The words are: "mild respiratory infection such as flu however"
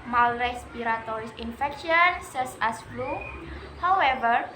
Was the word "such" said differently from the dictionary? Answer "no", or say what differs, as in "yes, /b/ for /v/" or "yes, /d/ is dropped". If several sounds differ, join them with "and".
yes, /s/ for /tʃ/